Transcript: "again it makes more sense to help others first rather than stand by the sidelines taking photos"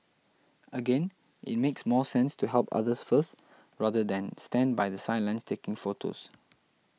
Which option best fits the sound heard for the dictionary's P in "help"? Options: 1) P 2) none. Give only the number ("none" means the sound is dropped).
1